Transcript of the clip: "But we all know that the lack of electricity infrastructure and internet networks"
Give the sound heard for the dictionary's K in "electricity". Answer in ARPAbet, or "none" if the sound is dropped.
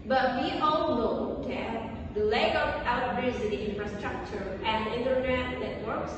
none